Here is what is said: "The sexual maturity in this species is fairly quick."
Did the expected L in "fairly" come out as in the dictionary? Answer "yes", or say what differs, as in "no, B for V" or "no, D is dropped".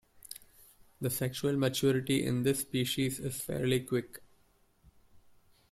yes